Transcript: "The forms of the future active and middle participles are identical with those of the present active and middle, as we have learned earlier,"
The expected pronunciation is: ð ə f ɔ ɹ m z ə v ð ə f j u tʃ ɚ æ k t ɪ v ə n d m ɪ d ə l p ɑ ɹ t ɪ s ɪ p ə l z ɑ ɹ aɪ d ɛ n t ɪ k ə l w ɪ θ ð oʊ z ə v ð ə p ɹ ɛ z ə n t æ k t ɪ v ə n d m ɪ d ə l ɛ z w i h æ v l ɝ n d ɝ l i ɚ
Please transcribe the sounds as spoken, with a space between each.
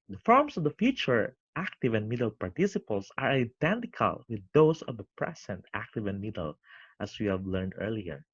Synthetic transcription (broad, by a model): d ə f ɔ ɹ m s ə v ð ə f j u tʃ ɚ æ k t ɪ v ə n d m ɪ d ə l p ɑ ɹ t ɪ s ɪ p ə l s ɑ ɹ aɪ d ɛ n t ɪ k ə l w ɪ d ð oʊ s ə v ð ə p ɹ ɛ s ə n t æ k t ɪ v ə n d m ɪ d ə l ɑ s w i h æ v l ɝ n d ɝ l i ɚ